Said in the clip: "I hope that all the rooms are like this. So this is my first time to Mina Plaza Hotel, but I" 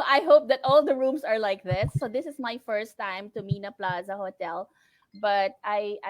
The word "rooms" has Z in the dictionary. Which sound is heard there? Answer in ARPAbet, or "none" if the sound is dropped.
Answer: S